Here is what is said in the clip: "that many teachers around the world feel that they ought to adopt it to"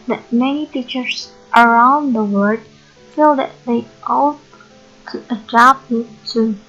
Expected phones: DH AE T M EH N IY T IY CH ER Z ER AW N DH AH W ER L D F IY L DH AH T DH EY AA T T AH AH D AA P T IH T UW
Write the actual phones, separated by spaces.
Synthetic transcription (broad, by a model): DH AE T M EH N IY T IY CH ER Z ER AW N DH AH W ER D F IY L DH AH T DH EY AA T T AH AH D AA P IH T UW